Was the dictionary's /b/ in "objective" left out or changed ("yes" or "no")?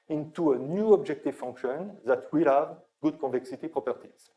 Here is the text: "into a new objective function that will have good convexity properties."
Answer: no